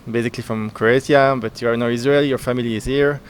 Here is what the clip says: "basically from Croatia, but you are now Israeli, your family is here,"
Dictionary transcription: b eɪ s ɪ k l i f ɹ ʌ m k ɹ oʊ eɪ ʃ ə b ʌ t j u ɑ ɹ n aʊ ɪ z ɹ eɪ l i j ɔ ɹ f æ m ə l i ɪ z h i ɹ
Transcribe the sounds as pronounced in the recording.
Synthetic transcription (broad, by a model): b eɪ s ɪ k l i f ɹ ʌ m k ɹ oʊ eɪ s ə b ʌ t j u ɑ ɹ n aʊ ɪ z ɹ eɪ l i j ɔ ɹ f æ m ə l i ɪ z h i ɹ